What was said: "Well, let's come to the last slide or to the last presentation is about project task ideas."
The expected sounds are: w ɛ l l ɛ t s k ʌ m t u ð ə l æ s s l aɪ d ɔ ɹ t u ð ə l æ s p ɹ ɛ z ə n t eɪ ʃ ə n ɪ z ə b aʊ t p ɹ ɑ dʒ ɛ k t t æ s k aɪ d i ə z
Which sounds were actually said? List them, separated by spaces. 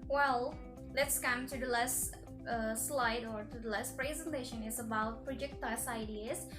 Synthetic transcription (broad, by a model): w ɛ l l ɛ t s k ʌ m t u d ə l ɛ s s l aɪ d ɔ ɹ t u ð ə l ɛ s p ɹ ɛ z ə n t eɪ ʃ ə n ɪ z ə b aʊ t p ɹ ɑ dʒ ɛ k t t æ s aɪ d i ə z